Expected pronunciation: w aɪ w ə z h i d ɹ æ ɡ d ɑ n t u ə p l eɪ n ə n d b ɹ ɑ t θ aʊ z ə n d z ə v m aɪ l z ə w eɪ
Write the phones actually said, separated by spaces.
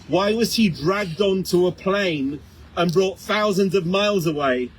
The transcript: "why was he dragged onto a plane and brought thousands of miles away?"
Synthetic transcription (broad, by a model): w aɪ w ə z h i d ɹ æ ɡ d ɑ n t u ə p l eɪ n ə n b ɹ ɑ t θ aʊ z ə n d z ə v m aɪ l z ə w eɪ